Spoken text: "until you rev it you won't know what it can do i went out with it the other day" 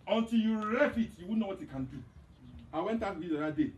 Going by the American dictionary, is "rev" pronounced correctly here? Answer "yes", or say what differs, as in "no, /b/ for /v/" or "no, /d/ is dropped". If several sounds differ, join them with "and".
no, /f/ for /v/